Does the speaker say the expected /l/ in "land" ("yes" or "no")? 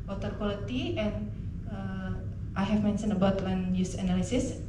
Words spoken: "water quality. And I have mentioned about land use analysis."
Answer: no